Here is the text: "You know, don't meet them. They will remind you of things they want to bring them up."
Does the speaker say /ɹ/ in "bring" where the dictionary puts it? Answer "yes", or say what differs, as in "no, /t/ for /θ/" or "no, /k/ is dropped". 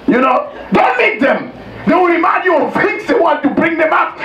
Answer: yes